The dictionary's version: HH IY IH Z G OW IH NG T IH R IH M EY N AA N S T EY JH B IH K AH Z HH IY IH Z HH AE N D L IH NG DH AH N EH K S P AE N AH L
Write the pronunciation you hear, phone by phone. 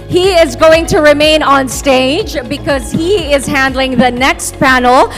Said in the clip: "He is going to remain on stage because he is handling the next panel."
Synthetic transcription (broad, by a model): HH IY IH Z G OW IH NG T IH R IH M EY N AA N S T EY JH B IH K AH Z HH IY IH Z HH AE N D L IH NG DH AH N EH K S P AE N L